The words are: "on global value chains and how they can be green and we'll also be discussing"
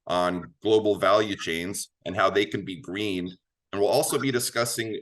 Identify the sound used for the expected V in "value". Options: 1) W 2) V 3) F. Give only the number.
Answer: 2